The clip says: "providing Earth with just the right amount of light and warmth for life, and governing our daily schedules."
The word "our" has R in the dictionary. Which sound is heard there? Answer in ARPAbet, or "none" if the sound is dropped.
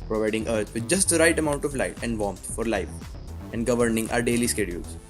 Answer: R